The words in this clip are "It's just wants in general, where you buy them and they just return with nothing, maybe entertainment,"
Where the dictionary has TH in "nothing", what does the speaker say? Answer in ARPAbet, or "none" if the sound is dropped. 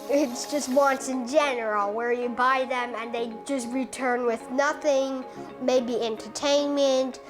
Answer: TH